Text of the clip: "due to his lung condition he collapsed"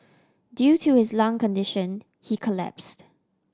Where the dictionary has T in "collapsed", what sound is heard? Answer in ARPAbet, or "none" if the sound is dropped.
T